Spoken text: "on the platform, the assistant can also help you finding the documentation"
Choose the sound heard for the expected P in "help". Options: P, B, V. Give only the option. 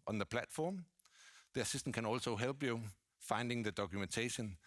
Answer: B